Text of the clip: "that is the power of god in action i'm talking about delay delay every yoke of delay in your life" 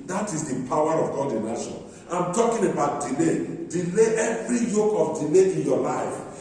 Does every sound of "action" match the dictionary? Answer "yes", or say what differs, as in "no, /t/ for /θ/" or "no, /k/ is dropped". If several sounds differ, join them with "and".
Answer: no, /k/ is dropped